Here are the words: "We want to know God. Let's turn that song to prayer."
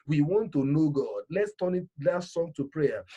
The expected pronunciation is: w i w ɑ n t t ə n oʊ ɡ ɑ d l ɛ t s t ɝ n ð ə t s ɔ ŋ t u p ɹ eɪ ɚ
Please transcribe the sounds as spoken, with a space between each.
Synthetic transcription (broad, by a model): w i w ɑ n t t ə n oʊ ɡ ɑ d l ɛ t s t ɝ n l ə t s ɔ ŋ t u p ɹ eɪ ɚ